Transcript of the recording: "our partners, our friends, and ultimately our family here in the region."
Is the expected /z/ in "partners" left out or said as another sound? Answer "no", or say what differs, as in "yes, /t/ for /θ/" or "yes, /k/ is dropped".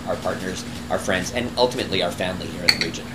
no